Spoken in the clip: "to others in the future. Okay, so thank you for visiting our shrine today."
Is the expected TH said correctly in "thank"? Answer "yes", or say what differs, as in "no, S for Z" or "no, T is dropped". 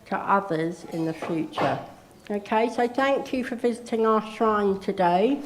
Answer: yes